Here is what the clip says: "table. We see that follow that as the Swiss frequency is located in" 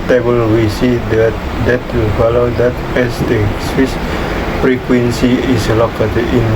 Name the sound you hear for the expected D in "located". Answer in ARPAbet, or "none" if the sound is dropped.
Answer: none